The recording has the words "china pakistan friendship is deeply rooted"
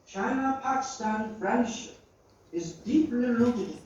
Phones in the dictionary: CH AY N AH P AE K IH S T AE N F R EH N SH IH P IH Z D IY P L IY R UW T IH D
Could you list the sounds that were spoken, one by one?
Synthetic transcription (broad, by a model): CH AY N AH P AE K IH S T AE N F R EH N SH IH P IH Z D IY P L IY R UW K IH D